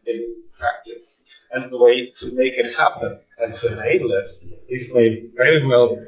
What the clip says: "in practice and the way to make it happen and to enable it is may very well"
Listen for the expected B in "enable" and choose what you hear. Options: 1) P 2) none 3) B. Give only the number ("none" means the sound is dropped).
2